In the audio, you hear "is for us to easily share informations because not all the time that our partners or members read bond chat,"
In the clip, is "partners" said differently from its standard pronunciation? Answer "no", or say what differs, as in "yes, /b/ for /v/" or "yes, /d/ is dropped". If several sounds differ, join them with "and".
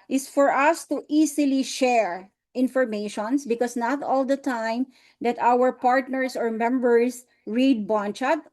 yes, /s/ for /z/